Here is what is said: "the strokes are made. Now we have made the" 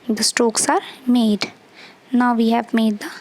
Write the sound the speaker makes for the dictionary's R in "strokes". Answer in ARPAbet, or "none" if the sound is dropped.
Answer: none